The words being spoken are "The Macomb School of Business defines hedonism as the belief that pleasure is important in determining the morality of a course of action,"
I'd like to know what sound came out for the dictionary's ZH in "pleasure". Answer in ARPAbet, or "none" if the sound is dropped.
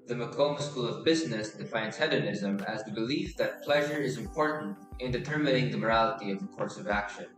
ZH